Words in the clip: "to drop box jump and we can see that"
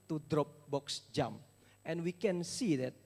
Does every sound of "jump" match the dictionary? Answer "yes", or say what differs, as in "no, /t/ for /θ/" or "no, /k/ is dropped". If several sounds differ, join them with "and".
no, /p/ is dropped